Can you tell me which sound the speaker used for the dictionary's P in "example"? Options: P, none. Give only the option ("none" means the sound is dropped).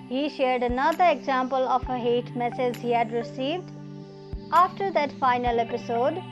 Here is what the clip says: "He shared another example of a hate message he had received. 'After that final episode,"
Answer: P